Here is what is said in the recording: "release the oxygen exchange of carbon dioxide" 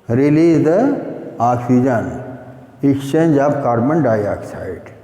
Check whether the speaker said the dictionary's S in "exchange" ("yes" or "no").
no